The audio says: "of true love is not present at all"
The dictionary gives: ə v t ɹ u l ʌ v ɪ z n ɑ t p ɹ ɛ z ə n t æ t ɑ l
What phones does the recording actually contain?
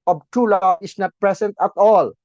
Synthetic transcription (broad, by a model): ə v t u l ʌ ɪ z n ɑ t p ɹ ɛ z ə n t æ t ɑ l